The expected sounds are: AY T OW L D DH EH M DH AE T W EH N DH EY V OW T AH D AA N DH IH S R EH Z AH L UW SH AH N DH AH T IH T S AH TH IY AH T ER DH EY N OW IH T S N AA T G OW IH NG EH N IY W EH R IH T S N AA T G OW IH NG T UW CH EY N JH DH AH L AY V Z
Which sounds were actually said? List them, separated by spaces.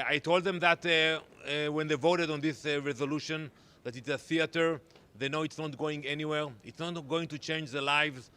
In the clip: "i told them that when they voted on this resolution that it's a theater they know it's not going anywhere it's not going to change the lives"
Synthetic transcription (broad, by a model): AY T OW L D DH EH M DH AE T W EH N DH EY V OW T AH D AA N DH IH S R EH Z AH L UW SH AH N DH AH T IH T S AH TH IY AH T ER DH EY N OW IH T S N AA T G OW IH NG EH N IY W EH R IH T S N AA T G OW IH NG T UW CH EY N JH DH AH L AY V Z